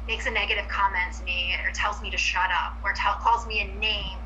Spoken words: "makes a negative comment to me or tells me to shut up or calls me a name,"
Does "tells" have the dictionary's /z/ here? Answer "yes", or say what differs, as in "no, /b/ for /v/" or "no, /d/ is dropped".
yes